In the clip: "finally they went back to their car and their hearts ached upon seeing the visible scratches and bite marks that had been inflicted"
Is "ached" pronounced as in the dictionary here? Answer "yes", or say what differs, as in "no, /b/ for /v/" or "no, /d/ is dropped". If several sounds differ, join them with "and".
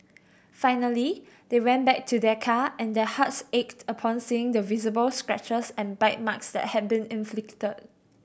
yes